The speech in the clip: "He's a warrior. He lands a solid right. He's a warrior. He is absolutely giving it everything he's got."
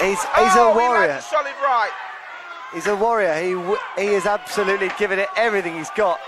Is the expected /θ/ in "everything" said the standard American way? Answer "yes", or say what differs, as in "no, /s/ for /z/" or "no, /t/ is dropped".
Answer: yes